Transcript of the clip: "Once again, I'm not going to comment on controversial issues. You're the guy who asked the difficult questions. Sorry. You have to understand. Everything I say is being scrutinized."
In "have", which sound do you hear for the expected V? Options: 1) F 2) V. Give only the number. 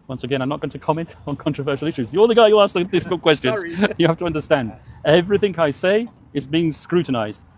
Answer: 1